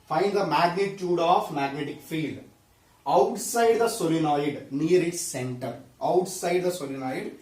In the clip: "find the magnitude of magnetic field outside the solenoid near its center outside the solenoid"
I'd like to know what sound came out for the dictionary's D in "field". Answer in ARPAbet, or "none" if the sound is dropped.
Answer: D